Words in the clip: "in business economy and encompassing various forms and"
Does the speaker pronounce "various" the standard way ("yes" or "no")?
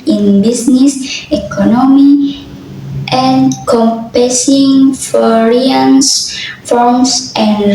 no